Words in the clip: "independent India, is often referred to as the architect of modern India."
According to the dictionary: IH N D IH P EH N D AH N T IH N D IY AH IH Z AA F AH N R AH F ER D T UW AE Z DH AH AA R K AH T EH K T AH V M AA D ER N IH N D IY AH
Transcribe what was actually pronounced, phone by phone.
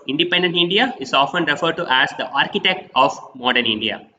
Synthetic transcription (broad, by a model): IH N D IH P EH N D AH N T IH N D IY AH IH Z AA F AH N R AH F ER D T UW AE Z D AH AA R K AH T EH K T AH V M AA D ER N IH N D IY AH